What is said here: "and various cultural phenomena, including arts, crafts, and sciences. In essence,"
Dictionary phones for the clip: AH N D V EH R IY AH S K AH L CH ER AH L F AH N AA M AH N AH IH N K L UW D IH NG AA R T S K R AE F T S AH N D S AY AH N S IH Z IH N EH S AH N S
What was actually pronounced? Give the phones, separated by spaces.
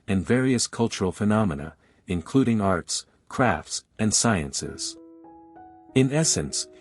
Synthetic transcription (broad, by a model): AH N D V EH R IY AH S K AH L CH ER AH L F AH N AA M AH N AH IH N K L UW D IH NG AA R T S K R AE F T S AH N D S AY AH N S IH Z IH N EH S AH N S